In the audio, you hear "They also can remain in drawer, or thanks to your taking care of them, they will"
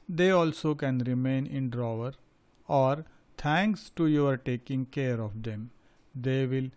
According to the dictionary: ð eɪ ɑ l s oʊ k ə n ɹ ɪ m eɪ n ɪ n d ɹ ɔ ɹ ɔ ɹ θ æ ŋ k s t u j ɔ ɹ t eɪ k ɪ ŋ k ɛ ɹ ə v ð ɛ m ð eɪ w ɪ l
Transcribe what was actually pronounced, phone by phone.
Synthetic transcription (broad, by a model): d eɪ ɑ l s oʊ k ə n ɹ ɪ m eɪ n ɪ n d ɹ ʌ ɹ ɔ ɹ t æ ŋ k s t u j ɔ ɹ t eɪ k ɪ ŋ k ɛ ɹ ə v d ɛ m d eɪ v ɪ l